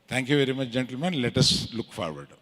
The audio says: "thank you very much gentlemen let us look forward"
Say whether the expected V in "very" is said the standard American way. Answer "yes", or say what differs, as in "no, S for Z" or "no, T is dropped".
yes